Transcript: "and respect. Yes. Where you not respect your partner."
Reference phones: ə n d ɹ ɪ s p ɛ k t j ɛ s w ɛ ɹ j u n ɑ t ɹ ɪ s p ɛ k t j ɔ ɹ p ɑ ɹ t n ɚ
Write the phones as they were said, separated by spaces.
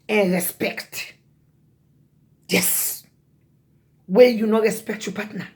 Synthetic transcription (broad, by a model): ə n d ɹ ɪ s p ɛ k t j ɛ s w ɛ l j u n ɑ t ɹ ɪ s p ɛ k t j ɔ p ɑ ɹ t n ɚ